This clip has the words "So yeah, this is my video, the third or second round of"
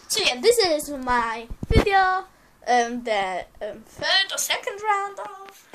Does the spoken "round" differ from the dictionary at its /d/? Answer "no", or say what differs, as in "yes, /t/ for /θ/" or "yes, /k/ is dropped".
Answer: no